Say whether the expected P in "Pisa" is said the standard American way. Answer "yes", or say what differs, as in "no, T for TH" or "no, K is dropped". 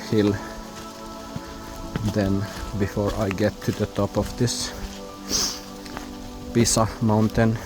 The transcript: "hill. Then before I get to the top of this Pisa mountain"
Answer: no, B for P